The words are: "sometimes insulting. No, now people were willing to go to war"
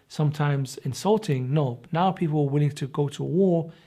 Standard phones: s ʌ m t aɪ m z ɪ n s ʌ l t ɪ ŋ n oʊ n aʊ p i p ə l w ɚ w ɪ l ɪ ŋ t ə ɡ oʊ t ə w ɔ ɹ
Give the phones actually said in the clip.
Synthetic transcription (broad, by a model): s ʌ m t aɪ m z ɪ n s ʌ l t ɪ ŋ n oʊ n aʊ p i p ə l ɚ w ɪ l ɪ ŋ t ə ɡ oʊ t ə w ɔ ɹ